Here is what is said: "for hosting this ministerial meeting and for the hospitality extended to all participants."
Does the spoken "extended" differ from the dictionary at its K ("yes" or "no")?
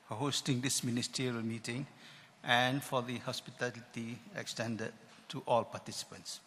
no